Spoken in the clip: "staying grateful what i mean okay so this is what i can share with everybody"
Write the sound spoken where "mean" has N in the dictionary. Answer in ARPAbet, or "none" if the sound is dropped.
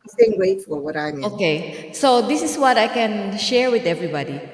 none